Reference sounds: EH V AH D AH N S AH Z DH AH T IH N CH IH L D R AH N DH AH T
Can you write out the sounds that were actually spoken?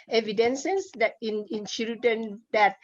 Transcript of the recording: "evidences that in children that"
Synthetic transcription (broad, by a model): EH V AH D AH N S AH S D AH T IH N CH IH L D AH N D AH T